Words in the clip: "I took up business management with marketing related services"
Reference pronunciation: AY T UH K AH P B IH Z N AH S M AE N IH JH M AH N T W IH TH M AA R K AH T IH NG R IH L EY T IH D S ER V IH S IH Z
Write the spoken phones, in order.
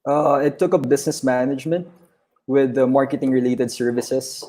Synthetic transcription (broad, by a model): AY T UH K AH P B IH S N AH S M AE N IH JH M AH N T W IH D M AA R K AH T IH NG R IH L EY T IH D S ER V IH S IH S